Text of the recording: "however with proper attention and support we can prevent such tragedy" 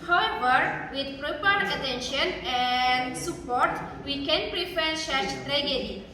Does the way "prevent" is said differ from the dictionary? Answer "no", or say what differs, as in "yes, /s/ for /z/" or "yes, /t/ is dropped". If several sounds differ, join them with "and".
yes, /f/ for /v/ and /n/ is dropped